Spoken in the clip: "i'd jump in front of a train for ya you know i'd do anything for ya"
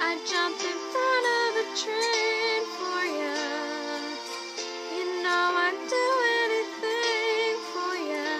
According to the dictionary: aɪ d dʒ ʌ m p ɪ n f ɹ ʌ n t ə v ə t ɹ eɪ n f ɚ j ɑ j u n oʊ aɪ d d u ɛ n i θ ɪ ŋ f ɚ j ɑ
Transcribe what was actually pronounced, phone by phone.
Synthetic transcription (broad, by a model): aɪ dʒ ʌ m p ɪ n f ʌ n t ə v ə t ɹ eɪ n f ɚ j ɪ j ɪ n oʊ aɪ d d u ɛ n i θ ɪ ŋ f ɚ j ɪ